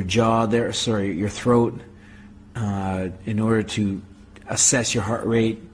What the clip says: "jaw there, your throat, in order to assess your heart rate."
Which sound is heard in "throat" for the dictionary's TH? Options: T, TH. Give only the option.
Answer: TH